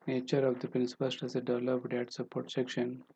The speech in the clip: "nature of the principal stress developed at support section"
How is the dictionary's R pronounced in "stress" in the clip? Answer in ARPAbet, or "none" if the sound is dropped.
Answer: none